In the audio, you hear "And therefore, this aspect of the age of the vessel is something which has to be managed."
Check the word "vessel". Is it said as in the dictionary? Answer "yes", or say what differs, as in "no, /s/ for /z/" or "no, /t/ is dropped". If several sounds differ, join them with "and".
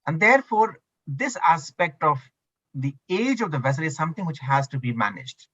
yes